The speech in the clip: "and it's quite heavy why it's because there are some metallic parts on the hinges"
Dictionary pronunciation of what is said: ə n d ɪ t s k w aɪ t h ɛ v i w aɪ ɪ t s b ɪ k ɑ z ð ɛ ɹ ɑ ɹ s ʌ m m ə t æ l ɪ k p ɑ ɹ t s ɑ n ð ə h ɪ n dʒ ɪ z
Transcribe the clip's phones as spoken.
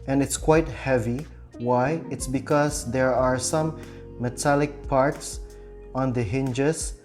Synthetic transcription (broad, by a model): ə n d ɪ t s k w aɪ t h ɛ v i w aɪ ɪ t s b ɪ k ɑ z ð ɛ ɹ ɑ ɹ s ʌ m m ə t æ l ɪ k p ɑ ɹ t s ɑ n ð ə h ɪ n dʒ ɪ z